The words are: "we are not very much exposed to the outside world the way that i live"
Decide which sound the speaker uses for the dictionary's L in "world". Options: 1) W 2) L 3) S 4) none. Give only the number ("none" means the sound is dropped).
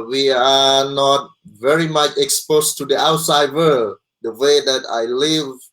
4